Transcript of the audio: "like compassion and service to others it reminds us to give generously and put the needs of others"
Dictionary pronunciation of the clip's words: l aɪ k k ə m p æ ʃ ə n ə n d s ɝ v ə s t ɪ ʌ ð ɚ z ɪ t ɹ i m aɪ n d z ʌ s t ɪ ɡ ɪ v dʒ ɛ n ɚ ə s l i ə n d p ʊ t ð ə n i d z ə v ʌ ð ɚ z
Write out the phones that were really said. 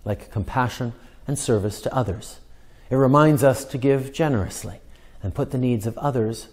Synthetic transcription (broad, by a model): l aɪ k k ə m p æ ʃ ə n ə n s ɝ v ə s t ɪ ʌ ð ɚ z ɪ t ɹ i m aɪ n d z ʌ s t ɪ ɡ ɪ v dʒ ɛ n ɚ ə s l i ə n p ʊ t ð ə n i d z ə v ʌ ð ɚ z